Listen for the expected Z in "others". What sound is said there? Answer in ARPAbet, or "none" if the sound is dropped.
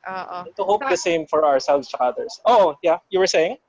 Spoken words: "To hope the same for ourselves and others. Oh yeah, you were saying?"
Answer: S